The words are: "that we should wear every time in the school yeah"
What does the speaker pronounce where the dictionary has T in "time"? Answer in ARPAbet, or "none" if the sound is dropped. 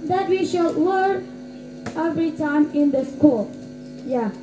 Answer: T